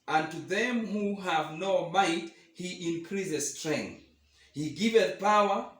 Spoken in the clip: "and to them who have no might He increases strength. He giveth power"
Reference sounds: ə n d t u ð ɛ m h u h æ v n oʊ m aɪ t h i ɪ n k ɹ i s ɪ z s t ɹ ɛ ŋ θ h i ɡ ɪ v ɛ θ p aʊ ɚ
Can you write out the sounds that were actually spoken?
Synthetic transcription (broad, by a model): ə n t u ð ɛ m h u h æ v n oʊ m aɪ t h i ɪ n k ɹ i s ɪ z s t ɹ ɛ ŋ θ h i ɡ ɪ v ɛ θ p aʊ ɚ